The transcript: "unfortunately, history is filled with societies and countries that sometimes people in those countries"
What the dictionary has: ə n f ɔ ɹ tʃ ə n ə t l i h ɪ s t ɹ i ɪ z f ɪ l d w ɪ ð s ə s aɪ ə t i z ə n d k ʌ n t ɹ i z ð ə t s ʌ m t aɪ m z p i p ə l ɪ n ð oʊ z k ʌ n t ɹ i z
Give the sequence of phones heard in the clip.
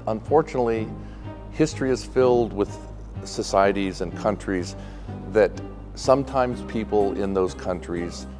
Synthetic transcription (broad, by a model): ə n f ɔ ɹ tʃ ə n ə t l i h ɪ s t ɹ i ɪ z f ɪ l d w ɪ ð s ə s aɪ ə t i z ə n k ʌ n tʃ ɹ i z ð ə t s ʌ m t aɪ m z p i p l ɪ n ð oʊ z k ʌ n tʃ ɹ i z